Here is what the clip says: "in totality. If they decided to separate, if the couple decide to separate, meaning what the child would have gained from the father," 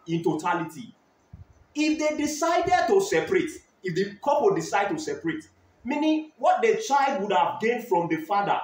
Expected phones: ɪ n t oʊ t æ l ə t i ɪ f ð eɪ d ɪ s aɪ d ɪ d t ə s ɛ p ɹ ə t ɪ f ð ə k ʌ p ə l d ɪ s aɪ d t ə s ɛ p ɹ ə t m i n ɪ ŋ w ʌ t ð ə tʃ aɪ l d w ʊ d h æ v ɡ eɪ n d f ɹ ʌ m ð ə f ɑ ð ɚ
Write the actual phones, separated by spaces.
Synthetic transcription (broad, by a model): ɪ n t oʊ t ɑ l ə t i ɪ f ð eɪ d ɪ s aɪ d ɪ d t ə s ɛ p ɹ ə t ɪ f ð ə k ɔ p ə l d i s aɪ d t ə s ɛ p ɹ ə t m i n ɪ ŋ w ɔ t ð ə tʃ aɪ l d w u d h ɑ v ɡ eɪ n d f ɹ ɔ m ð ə f ɑ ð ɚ